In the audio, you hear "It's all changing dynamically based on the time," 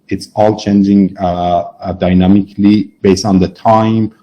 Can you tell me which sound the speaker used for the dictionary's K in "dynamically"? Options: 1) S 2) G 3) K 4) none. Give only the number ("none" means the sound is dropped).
3